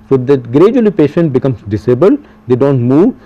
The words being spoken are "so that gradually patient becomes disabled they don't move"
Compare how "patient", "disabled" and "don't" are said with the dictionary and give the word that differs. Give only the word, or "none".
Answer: none